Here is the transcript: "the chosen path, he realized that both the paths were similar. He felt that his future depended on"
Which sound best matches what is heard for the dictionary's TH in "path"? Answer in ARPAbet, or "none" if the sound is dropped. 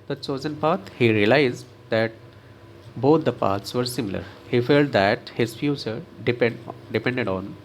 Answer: T